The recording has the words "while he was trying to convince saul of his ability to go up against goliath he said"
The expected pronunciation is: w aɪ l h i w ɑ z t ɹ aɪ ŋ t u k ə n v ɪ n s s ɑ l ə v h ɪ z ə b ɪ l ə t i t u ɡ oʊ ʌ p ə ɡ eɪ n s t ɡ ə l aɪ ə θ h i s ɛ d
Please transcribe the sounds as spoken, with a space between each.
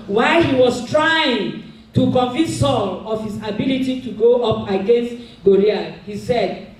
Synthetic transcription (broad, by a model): w aɪ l h i w ɑ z t ɹ aɪ ŋ t u k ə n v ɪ n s s ɑ l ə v h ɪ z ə b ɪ l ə t i t u ɡ oʊ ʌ p ə ɡ eɪ n s t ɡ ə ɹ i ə h i s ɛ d